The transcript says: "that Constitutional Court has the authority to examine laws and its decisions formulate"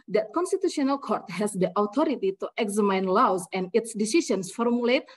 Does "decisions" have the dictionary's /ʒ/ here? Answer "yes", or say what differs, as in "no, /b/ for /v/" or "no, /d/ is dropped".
no, /s/ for /ʒ/